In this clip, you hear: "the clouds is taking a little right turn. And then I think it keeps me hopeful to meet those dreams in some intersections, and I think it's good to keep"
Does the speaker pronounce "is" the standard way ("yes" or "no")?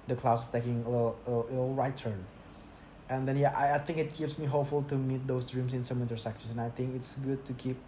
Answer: no